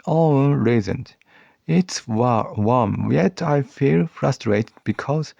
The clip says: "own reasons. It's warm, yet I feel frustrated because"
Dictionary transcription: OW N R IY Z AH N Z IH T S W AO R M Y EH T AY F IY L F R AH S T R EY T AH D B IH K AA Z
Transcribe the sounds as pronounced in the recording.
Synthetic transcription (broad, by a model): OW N R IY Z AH N IH T S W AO W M Y EH T AY F IY L F R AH S T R EY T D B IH K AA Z